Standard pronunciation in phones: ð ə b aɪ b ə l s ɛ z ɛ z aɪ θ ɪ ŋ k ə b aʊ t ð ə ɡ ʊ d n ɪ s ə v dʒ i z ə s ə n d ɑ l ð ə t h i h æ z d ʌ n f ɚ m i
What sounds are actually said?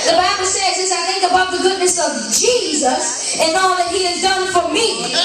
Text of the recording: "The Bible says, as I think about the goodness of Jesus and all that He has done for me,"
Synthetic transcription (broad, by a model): ð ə b aɪ b l s ɛ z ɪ s aɪ θ ɪ ŋ k ə b aʊ t ð ə ɡ ʊ d n ɪ s ə v dʒ i z ə s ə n ɑ l ð ə t h i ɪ z d ʌ n f ɚ m i